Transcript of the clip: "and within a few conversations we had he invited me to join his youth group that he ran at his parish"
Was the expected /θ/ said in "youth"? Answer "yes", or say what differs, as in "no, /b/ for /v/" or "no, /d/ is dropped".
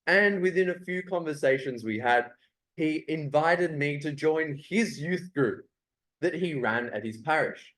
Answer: yes